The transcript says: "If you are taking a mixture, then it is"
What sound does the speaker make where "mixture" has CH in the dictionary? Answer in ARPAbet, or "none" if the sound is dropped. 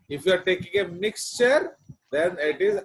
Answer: CH